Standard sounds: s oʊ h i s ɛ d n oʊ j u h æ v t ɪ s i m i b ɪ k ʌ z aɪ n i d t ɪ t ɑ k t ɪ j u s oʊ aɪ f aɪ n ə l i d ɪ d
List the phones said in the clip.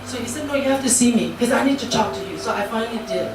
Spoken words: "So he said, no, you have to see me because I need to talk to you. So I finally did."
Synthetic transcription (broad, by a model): s oʊ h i s ɛ d n oʊ j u h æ f t ɪ s i m i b k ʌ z aɪ n i d t ɪ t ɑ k t ɪ j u s oʊ aɪ f aɪ n ə l i d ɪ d